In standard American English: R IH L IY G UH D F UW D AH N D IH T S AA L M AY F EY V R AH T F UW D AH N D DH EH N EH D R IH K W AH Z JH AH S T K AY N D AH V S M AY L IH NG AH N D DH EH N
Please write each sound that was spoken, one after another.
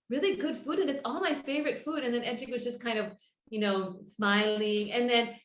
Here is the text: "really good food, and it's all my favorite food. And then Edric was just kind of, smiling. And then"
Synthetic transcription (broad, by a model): R IH L IY G UH D F UW D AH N IH T S AA L M AY F EY V R AH T F UW D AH N DH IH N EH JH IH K W AH Z JH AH S K AY N D AH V S M AY L IH NG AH N DH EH N